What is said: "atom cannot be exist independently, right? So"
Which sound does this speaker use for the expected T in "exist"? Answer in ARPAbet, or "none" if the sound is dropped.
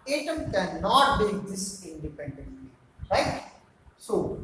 none